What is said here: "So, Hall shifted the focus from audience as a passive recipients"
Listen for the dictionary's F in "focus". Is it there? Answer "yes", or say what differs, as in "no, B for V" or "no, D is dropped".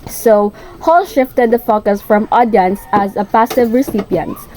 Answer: yes